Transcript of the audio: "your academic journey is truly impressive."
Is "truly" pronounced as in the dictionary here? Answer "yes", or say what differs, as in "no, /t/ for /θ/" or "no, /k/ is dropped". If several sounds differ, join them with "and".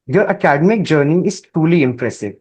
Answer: no, /ɹ/ is dropped